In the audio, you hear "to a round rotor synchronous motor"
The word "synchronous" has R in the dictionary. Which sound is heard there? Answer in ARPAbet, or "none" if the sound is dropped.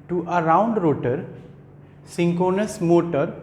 none